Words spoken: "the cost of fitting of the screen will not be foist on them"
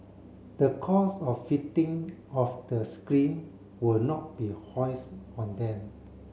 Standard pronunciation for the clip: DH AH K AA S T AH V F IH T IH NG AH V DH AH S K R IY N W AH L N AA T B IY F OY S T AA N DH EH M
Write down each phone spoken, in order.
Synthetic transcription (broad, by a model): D AH K AA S AH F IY T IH NG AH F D AH S K R IY N W AH L N AA T B IY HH OY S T AA N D EH M